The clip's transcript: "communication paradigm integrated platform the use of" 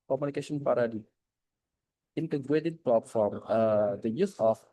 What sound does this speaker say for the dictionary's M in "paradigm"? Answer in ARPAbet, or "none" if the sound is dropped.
none